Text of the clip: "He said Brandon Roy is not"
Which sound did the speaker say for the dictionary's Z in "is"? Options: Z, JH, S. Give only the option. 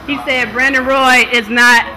Z